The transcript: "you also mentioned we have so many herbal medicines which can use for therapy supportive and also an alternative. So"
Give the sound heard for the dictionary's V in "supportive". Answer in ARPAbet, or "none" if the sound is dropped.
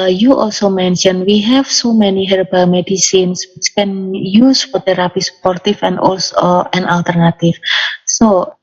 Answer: F